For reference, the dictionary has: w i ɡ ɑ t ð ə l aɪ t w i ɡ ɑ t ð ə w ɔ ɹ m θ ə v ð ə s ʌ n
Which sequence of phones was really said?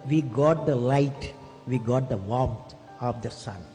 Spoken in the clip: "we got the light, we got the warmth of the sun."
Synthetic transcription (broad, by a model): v i ɡ ɑ t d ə l aɪ t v i ɡ ɑ t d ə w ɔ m t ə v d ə s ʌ n